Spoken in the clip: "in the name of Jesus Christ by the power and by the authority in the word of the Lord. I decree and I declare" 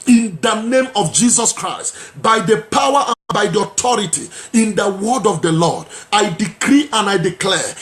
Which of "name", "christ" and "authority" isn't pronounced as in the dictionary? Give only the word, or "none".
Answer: authority